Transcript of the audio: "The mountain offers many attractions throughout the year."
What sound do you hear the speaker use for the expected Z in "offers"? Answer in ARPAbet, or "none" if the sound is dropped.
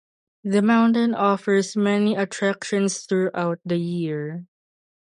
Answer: S